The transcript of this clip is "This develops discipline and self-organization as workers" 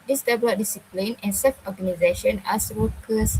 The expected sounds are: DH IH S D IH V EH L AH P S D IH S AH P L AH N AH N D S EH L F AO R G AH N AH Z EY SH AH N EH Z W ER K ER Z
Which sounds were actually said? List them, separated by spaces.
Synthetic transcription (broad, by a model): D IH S D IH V L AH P D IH S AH P L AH N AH N S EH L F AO G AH N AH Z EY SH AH N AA S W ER K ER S